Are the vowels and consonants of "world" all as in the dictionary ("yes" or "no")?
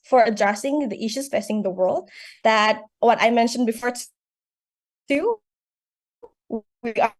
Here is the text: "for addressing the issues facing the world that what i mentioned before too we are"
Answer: yes